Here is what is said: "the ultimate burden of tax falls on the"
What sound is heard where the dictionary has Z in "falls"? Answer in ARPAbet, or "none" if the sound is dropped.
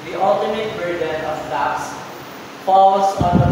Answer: S